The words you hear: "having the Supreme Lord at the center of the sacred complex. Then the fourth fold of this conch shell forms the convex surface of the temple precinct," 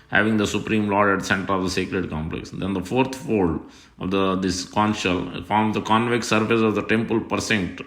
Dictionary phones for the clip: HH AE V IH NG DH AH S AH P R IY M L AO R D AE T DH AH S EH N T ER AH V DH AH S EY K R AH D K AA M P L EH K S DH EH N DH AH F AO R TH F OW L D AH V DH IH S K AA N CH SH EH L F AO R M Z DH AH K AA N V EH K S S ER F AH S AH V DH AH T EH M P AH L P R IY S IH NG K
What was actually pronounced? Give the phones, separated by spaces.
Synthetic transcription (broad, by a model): HH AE V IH NG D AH S AH P R IY M L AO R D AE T S EH N T ER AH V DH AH S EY K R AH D K AA M P L EH K S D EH N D AH F AO R T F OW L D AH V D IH S K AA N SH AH L F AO R M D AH K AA N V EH K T S ER F AH S AH V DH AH T EH M P AH L P R S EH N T